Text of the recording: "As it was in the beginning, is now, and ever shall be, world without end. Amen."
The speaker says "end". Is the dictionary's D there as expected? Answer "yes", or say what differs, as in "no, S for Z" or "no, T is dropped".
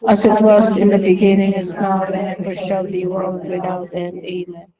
no, D is dropped